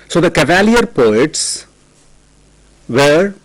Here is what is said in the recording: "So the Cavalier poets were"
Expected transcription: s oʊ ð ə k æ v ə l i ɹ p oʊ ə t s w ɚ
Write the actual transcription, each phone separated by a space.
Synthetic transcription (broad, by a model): s oʊ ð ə k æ v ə l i ɹ p oʊ ə t s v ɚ